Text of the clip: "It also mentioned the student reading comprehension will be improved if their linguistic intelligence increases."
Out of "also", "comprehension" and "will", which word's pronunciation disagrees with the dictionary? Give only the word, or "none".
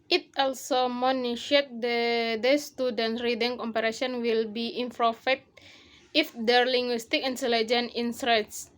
comprehension